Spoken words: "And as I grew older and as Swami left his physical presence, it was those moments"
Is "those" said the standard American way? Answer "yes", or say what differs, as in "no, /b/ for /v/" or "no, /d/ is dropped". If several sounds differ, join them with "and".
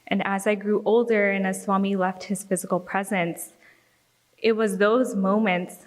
yes